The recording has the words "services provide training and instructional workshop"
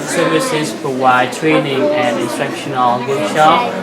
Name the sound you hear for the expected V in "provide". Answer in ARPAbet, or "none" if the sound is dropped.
W